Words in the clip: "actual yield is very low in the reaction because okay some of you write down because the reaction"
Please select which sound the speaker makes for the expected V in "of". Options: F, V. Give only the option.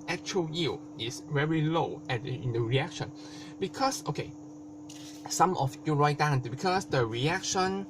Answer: F